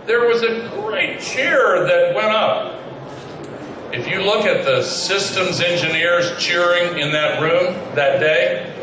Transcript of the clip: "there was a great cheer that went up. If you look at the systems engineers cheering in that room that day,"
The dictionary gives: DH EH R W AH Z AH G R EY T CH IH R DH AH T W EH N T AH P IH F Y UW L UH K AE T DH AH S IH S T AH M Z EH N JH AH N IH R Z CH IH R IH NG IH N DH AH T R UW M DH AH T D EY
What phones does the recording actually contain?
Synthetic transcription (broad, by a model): DH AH R W AH Z AH G R EY T CH IH R DH AH T W EH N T AH P IH F Y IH L UH K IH T DH AH S IH S T AH M Z EH N JH AH N IH R Z CH IH R IH NG IH N DH AH T R UW M DH AH T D EY